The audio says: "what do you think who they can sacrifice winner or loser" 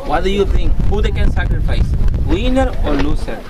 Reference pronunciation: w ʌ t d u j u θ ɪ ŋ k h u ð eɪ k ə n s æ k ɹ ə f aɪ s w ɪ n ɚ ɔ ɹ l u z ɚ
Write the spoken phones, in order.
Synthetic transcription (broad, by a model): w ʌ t d u j u t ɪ ŋ k h u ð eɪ k ə n s æ k ɹ ə f aɪ s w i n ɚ ɔ ɹ l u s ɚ